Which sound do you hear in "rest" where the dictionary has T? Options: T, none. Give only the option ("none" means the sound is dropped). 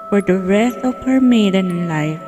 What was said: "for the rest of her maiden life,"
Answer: none